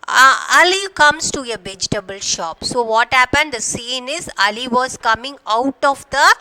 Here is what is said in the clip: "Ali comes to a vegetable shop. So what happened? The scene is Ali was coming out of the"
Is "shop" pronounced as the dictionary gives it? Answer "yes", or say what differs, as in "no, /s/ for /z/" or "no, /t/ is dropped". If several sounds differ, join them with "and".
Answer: yes